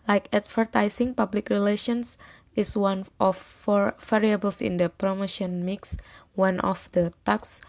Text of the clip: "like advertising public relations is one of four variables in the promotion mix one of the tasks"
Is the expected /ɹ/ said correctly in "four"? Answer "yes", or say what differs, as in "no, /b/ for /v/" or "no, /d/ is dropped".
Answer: yes